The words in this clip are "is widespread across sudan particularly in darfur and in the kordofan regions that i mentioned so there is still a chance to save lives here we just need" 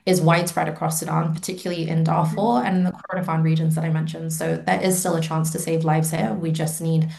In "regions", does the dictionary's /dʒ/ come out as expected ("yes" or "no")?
yes